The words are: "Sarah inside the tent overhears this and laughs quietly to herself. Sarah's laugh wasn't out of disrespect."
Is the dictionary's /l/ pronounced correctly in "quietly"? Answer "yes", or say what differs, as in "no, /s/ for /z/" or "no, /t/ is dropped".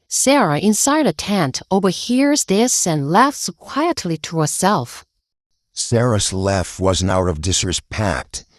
yes